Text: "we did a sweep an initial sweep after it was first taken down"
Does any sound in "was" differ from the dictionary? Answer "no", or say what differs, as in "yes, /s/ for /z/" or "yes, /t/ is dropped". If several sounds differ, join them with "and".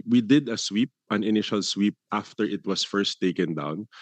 yes, /s/ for /z/